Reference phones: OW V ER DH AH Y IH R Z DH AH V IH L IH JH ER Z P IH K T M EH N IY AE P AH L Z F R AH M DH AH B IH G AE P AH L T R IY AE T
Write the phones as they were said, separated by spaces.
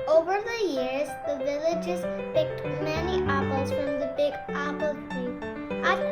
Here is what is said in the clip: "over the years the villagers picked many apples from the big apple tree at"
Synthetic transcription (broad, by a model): OW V ER DH AH Y IH R Z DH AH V IH L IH JH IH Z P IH K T M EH N IY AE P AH L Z F R AH M DH AH B IH G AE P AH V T IY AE